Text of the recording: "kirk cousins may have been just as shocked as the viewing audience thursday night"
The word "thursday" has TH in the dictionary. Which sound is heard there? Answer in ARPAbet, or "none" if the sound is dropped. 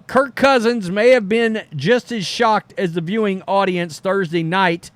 TH